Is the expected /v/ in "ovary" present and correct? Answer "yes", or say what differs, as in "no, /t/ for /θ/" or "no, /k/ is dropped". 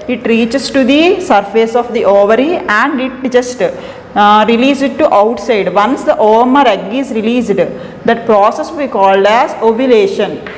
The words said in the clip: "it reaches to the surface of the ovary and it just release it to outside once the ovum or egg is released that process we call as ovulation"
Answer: yes